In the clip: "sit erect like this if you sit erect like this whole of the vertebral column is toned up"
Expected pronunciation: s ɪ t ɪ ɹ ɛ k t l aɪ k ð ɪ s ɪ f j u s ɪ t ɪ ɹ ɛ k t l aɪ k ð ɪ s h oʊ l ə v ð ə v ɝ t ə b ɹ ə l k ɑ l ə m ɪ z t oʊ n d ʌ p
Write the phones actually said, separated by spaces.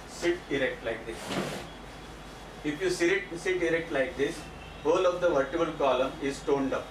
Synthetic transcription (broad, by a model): s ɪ t ɪ ɹ ɛ k t l aɪ k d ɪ s ɪ f j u s ɪ t ɪ ɹ ɛ k t l aɪ k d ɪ s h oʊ l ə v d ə v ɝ t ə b ə l k ɑ l ə m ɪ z t oʊ n d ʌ p